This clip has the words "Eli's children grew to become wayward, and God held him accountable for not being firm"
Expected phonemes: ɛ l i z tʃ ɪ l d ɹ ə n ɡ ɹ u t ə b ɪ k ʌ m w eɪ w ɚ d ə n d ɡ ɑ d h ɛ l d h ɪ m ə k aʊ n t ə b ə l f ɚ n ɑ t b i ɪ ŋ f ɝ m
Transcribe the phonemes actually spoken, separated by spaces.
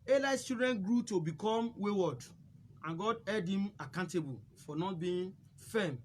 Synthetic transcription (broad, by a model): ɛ l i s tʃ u d ɹ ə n ɡ ɹ u t ə b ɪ k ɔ m w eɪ w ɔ d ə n ɡ ɑ d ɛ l d h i m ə k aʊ n t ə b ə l f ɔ n ɑ t b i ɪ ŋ f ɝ m